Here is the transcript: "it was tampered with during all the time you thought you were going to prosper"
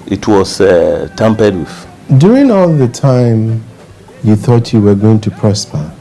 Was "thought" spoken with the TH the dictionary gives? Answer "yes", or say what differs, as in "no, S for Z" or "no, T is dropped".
yes